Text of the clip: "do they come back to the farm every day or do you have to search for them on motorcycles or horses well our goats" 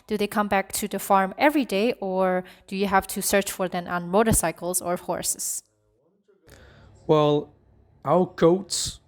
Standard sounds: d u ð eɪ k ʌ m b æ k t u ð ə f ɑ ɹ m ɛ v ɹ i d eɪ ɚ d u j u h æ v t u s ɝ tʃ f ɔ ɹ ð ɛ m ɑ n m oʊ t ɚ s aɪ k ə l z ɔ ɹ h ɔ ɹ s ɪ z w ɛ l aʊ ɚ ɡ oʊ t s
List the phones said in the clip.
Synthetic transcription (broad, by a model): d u ð eɪ k ʌ m b æ k t u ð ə f ɑ ɹ m ɛ v ɹ i d eɪ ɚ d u j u h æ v t u s ɝ tʃ f ɔ ɹ ð ɛ m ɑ n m oʊ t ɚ s aɪ k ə l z ɔ ɹ h ɔ ɹ s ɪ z w ɛ l aʊ ɚ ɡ oʊ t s